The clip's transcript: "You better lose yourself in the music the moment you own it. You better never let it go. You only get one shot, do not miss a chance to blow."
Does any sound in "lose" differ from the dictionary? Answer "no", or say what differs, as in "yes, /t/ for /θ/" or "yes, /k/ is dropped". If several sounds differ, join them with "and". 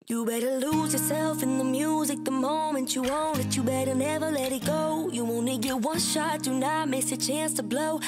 no